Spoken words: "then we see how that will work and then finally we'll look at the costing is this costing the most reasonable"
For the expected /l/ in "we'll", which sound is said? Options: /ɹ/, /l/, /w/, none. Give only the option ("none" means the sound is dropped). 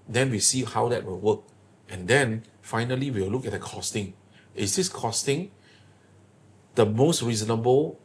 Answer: /w/